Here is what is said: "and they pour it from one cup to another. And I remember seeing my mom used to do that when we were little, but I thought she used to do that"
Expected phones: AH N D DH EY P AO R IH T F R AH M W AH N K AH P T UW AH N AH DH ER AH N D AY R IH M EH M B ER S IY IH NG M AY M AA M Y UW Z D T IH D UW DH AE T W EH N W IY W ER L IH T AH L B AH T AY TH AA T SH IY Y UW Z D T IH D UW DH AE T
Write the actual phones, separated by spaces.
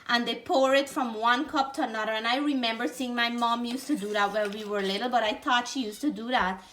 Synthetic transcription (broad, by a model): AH N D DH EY P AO R IH T F R AH M W AH N K AH P T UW AH N AH DH ER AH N AY R IH M EH M B ER S IY IH NG M AY M AA M Y UW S T IH D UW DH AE T W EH L W IY W ER L IH T L B AH T AY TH AA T SH IY Y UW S T IH D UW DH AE T